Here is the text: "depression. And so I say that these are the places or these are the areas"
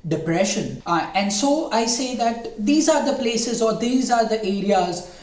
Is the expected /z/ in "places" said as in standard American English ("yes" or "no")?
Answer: yes